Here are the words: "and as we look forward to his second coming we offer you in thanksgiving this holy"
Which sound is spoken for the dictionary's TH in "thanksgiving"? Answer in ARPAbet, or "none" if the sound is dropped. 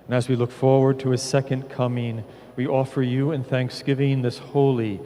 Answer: TH